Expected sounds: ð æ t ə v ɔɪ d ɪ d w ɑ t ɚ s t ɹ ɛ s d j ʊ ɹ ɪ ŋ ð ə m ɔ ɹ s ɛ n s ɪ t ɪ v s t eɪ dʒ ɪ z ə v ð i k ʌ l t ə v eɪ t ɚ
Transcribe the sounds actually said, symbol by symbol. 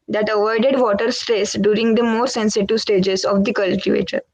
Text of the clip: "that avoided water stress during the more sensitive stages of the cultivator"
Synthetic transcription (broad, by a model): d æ t ə v ɔɪ d ɪ d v ɑ t ɚ s t ɹ ɛ s d j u ɹ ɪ ŋ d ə m ɔ ɹ s ɛ n s ɪ t ɪ v s t eɪ dʒ ɪ z ə v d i k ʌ l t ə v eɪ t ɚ